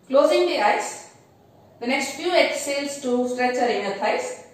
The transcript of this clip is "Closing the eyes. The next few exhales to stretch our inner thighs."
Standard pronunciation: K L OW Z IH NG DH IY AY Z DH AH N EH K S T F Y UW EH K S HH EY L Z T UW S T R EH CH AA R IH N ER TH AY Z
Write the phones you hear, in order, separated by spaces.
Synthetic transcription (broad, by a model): K L OW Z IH NG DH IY AY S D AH N EH K S T F Y UW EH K S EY L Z T UW S T R EH CH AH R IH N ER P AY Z